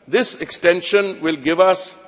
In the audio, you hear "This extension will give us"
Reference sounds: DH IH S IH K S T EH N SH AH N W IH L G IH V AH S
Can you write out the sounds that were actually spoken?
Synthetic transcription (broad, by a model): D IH S IH K S T EH N SH AH N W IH L G IH V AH S